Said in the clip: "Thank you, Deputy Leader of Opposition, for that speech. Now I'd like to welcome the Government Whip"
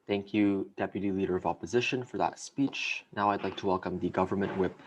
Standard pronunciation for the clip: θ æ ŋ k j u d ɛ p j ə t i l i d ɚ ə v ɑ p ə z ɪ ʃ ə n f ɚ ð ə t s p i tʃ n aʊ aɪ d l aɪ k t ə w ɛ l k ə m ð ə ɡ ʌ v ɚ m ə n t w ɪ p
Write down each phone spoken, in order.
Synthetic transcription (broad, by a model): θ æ ŋ k j u d ɛ p j ə t i l i d ɚ ə v ɑ p ə z ɪ ʃ ə n f ɚ ð ə t s p i tʃ n aʊ aɪ d l aɪ k t ə w ɛ l k ə m ð ə ɡ ʌ v ɚ m ə n t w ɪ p